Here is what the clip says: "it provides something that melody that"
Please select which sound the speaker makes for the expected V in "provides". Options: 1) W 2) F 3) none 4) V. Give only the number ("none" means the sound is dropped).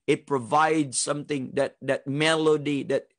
4